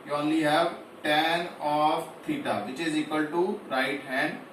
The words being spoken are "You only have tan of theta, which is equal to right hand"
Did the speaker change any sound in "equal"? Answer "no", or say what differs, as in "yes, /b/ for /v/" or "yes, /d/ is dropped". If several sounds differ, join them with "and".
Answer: no